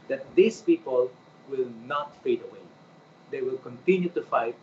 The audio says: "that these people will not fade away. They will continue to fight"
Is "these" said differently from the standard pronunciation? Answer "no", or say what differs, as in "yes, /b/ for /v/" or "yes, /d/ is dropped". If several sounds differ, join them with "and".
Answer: yes, /s/ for /z/